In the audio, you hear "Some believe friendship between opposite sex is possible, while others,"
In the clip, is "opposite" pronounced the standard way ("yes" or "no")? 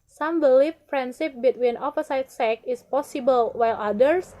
no